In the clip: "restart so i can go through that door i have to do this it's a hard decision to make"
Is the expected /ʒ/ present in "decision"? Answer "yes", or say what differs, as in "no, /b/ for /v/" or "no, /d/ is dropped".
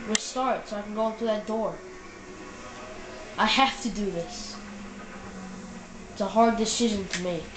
yes